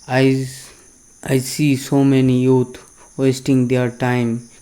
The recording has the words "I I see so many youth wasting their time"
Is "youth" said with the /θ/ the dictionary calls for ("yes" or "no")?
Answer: no